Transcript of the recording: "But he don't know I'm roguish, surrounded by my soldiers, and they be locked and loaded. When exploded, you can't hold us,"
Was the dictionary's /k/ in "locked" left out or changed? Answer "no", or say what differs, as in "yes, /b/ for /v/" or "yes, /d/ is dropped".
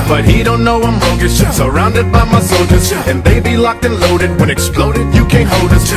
no